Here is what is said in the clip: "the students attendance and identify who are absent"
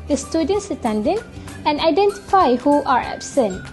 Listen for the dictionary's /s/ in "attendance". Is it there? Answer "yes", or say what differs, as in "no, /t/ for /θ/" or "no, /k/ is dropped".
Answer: no, /s/ is dropped